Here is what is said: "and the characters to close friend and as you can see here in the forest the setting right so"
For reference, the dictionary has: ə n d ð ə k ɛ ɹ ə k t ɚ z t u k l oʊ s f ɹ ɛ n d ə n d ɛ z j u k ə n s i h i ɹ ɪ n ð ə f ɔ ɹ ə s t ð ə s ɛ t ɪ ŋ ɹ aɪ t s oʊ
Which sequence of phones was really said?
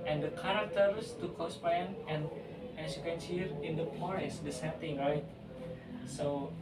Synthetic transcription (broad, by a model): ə n d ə k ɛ ɹ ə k t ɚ s t u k oʊ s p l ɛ n ə n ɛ s j u k ə n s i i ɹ ɪ n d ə p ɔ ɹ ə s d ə s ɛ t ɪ ŋ ɹ aɪ t s oʊ